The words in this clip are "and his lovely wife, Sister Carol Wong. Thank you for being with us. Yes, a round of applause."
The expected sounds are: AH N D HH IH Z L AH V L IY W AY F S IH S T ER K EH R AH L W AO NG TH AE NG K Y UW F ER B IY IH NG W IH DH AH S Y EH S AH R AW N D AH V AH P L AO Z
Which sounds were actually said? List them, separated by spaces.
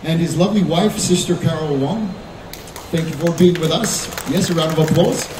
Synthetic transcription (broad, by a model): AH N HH IH Z L AH V L IY W AY F S IH S T ER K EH R L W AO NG TH AE NG K Y UW F ER B IY IH NG W IH DH AH S Y EH S AH R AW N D AH V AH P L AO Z